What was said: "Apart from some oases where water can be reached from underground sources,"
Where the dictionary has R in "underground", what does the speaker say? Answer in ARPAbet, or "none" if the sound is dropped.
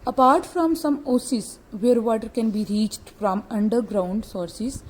R